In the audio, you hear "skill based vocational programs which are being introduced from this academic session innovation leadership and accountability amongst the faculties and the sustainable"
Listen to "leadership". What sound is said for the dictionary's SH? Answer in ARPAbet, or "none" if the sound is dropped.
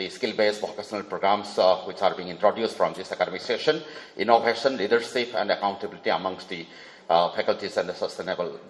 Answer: S